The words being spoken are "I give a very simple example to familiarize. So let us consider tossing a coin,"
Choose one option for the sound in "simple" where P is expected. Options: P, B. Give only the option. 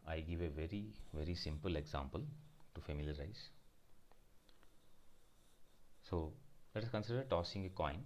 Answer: P